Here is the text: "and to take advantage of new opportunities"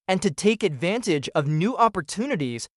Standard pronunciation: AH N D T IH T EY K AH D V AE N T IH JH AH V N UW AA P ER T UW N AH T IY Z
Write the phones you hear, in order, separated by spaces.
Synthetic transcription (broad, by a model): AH N T IH T EY K AH D V AE N T IH JH AH V N UW AA P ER T UW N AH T IY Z